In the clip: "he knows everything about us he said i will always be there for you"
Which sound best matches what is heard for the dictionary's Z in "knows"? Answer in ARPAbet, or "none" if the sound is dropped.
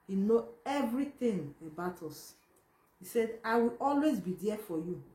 none